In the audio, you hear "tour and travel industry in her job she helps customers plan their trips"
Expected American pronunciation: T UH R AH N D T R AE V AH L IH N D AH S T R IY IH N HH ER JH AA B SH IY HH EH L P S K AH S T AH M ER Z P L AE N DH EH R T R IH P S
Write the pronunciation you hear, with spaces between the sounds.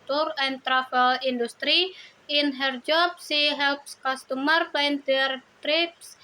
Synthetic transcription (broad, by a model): T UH R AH N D T R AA F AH L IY N D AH S T R IY IH N HH ER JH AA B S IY HH EH L P S K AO S T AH M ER P AA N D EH R T R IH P S